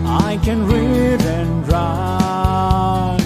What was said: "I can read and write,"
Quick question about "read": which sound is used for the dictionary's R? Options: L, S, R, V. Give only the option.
R